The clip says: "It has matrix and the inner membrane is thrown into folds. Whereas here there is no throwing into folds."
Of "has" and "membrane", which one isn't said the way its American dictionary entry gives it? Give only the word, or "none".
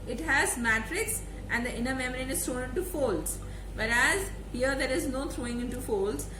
membrane